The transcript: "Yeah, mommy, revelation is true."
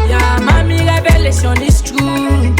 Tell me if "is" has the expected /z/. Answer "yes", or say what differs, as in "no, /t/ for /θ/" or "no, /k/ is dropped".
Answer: no, /s/ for /z/